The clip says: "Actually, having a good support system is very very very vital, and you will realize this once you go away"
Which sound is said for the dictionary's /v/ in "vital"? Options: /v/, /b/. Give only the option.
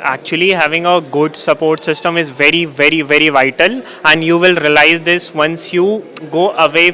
/v/